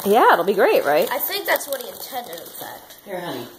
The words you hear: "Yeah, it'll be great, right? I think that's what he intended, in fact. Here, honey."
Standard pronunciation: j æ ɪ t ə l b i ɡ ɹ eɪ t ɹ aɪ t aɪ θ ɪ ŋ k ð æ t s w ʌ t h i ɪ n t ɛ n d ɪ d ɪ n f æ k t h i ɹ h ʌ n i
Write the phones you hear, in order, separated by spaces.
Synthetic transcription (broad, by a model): j æ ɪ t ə l b i ɡ ɹ eɪ t ɹ aɪ t aɪ θ ɪ ŋ k ð æ t s w ʌ t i ɪ n t ɛ n d ɪ d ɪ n f æ k t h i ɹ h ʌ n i